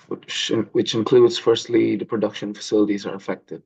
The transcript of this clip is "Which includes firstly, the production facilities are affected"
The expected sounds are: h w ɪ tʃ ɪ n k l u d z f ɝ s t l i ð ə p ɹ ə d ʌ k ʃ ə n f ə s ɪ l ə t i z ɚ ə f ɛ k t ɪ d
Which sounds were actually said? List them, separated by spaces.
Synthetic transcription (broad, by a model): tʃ w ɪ tʃ ɪ n k l u d z f ɝ s t l i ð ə p ɹ ə d ʌ k ʃ ə n f ə s ɪ l ə t i z ɚ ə f ɛ k t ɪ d